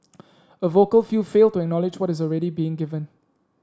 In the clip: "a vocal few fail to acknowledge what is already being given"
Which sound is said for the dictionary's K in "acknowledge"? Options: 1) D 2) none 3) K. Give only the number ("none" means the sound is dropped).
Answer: 3